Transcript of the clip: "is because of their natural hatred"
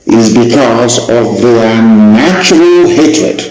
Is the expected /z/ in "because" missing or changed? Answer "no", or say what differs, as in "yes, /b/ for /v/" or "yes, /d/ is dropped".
no